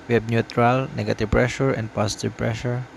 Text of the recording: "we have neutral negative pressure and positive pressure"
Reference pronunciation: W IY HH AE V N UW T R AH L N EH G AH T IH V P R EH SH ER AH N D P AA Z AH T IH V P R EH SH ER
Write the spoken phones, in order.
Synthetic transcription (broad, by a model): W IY HH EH B N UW T R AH L N EH G AH T IH V P R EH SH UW AH N D P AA S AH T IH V P R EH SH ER